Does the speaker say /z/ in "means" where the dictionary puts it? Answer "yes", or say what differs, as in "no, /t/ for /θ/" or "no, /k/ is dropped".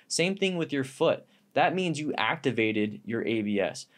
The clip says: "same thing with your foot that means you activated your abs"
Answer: yes